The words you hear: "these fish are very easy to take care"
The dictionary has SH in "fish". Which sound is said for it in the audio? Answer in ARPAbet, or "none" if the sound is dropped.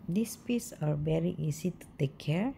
S